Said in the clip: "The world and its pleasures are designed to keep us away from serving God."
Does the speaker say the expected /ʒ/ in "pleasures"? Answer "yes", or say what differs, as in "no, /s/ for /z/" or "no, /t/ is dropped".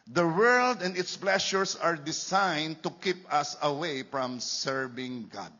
no, /ʃ/ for /ʒ/